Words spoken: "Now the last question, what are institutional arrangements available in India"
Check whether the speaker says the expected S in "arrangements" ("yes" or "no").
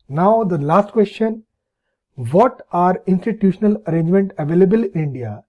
no